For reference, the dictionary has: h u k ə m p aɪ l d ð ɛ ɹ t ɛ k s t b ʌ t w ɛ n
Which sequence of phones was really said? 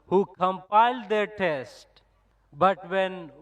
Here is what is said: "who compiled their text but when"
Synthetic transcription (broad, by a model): h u k ə m p aɪ l d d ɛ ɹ t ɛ s t b ʌ t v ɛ n